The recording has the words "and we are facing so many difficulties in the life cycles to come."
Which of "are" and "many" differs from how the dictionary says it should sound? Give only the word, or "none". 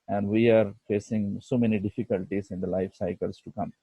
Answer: none